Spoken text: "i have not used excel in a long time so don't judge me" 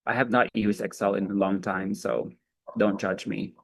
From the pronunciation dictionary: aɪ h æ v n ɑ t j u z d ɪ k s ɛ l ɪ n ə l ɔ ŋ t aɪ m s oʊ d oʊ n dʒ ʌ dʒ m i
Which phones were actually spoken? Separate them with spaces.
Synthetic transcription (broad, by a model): aɪ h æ v n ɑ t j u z ɪ k s ɛ l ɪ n ə l ɔ ŋ t aɪ m s oʊ d oʊ n dʒ ʌ dʒ m i